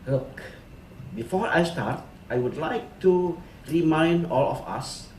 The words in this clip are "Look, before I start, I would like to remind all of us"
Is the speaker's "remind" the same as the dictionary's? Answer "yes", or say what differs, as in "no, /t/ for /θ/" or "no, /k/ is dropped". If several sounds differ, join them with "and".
yes